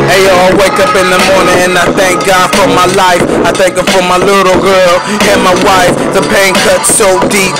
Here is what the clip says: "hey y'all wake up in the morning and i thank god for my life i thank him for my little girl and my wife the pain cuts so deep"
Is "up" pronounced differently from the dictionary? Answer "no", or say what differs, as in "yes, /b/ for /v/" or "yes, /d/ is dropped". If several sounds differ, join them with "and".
no